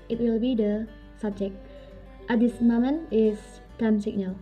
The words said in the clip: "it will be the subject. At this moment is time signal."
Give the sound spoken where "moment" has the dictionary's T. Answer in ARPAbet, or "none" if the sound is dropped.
none